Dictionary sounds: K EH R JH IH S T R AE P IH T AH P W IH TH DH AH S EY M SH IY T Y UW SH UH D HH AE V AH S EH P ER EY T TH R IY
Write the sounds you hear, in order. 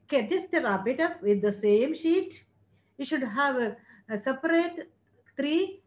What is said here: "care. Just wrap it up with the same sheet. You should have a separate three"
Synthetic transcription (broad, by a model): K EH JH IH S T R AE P IH T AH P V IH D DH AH S EY M SH IY T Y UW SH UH D HH AE V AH S EH P ER EY T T R IY